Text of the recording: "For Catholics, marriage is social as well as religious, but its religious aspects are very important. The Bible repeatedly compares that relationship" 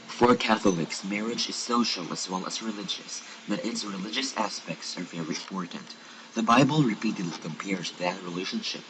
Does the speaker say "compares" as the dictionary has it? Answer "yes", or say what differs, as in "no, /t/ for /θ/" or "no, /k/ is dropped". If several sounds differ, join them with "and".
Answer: yes